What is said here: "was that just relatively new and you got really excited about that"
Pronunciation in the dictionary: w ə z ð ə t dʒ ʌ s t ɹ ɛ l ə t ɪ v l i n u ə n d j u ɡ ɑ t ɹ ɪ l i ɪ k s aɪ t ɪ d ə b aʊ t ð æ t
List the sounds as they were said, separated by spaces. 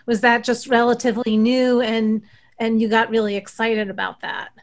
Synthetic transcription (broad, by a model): w ə z ð ə t dʒ ʌ s t ɹ ɛ l ə t ɪ v l i n u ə n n j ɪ ɡ ɑ t ɹ ɪ l i ɪ k s aɪ t ɪ d ə b aʊ t ð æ t